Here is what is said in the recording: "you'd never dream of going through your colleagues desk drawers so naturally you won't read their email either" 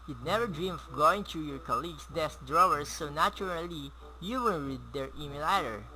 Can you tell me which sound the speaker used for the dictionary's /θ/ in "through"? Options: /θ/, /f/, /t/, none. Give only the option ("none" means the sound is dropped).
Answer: /t/